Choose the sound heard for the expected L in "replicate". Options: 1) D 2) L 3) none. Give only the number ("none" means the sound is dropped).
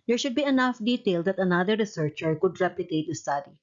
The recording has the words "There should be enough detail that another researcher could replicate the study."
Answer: 3